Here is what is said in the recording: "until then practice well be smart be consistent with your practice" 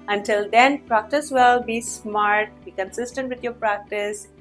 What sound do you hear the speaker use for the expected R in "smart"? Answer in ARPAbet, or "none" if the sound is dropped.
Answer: R